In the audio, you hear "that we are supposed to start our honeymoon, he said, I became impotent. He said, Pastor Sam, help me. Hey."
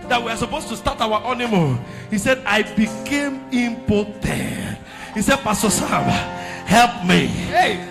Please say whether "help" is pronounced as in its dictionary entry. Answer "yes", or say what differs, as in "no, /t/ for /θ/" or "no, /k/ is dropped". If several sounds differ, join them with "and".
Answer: yes